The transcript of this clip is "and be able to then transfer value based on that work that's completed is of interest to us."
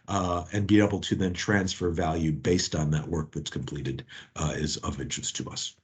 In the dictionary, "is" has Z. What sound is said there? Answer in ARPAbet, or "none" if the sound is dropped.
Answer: Z